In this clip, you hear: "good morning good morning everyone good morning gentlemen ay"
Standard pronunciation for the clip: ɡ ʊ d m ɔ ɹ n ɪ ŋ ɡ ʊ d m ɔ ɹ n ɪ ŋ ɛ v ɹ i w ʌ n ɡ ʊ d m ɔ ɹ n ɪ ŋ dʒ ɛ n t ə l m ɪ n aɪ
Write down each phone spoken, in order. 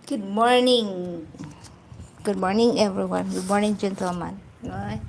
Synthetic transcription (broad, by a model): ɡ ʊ d m ɔ ɹ n ɪ ŋ ɡ ʊ d m ɔ ɹ n ɪ ŋ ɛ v ɹ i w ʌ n ɡ ʊ d m ɔ ɹ n ɪ ŋ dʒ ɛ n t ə m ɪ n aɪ